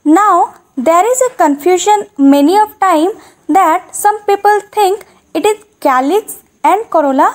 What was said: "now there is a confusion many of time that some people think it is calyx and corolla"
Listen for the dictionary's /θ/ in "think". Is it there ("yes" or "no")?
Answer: no